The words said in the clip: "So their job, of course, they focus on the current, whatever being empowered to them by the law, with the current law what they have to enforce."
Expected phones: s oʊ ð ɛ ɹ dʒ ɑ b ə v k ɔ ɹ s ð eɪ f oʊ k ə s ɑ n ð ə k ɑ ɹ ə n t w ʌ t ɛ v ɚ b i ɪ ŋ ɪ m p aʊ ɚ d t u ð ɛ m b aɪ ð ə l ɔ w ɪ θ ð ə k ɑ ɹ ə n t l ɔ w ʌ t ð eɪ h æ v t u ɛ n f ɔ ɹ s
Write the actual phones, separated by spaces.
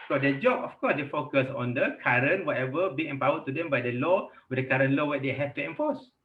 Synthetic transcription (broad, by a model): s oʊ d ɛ dʒ ɑ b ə f k ɔ s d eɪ f oʊ k ə s ɑ n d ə k ɑ ɹ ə n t w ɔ t ɛ v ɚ b i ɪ m p aʊ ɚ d t u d ɛ m b aɪ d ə l ɔ w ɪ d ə k ɑ ɹ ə n l ɔ w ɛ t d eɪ h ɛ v t u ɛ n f ɔ s